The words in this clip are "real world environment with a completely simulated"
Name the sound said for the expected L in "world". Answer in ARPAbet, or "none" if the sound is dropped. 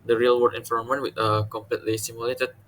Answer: none